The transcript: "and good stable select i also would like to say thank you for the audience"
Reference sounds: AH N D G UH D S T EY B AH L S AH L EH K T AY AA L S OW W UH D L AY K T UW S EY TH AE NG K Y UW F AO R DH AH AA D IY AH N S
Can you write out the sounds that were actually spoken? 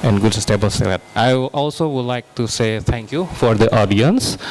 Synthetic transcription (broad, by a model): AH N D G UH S S T EY B AH L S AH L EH T AY AA L S OW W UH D L AY K T UW S EY T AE NG K Y UW F AO R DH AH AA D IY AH N S